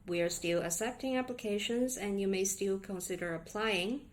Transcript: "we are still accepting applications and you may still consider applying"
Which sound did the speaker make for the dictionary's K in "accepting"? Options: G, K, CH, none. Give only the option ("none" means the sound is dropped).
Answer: none